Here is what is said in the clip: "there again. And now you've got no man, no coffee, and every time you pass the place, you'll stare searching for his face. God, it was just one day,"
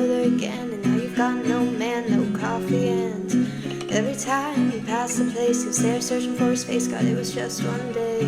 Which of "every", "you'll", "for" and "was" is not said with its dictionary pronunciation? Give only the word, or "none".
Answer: you'll